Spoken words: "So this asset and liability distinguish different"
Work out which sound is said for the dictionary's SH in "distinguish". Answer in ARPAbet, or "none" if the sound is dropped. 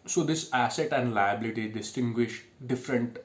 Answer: SH